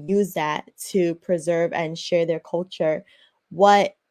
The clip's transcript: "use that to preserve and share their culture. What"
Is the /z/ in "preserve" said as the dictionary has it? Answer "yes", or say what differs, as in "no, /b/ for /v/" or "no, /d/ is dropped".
yes